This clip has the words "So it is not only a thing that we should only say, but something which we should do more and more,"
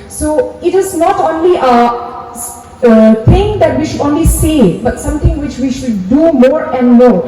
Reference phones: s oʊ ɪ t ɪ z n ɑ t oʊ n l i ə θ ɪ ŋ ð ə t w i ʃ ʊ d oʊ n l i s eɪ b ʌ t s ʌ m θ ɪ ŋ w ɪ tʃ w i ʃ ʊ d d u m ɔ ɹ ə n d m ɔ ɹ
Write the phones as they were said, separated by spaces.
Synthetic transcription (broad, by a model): s oʊ ɪ t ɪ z n ɑ t oʊ n l i ə t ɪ ŋ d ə t w i ʃ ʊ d oʊ n l i s eɪ b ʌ t s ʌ m t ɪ ŋ w ɪ tʃ w i ʃ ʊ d d u m ɔ ɹ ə n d m ɔ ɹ